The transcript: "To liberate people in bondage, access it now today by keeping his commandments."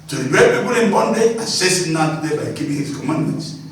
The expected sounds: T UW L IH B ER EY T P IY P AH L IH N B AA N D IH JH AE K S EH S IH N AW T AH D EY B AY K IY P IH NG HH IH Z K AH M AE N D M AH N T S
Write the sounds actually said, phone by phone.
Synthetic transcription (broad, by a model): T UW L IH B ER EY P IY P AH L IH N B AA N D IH AA S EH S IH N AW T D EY B AY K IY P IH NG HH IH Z K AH M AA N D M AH N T S